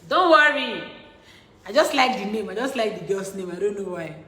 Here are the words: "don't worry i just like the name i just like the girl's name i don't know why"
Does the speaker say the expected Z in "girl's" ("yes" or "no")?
no